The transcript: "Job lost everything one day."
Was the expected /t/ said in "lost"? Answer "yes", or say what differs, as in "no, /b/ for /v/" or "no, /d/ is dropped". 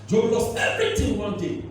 no, /t/ is dropped